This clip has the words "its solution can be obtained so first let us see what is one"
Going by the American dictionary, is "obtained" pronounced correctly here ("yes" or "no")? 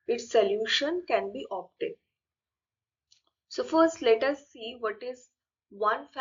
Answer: no